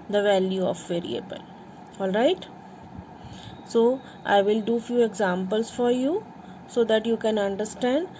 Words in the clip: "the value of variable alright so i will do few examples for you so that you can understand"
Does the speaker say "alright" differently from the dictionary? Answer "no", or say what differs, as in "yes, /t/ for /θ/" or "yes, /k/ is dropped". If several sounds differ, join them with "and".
no